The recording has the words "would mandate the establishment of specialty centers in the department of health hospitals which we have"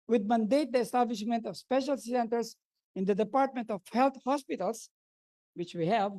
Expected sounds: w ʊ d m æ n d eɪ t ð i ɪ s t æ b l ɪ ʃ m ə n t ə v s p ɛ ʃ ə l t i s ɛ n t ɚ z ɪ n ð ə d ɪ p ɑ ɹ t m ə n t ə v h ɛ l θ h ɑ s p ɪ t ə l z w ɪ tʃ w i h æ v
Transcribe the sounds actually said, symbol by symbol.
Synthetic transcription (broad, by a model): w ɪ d m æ n d eɪ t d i ɪ s t æ b l ɪ ʃ m ə n t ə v s p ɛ ʃ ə l s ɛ n t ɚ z ɪ n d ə d ɪ p ɑ ɹ t m ə n t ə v h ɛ l t h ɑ s p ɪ t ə l s w ɪ tʃ w i h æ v